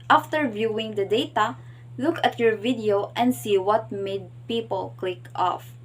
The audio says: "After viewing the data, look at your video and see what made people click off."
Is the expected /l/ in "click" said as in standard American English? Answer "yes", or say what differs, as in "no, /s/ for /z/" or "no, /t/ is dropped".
yes